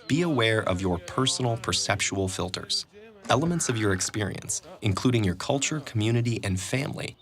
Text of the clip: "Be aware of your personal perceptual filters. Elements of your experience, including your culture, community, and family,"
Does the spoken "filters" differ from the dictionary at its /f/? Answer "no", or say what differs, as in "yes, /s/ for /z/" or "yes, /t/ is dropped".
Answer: no